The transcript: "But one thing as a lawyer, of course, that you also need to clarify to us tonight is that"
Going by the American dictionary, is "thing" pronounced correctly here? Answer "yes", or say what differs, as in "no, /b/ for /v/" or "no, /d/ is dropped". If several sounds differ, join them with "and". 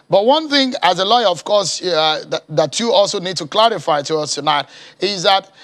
yes